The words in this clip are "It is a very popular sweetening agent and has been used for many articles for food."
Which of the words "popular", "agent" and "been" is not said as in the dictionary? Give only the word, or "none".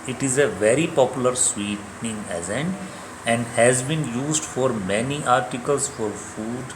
agent